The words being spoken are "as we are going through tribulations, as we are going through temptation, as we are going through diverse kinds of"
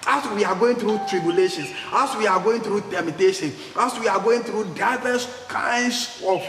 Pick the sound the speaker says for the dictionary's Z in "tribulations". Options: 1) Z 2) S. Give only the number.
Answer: 2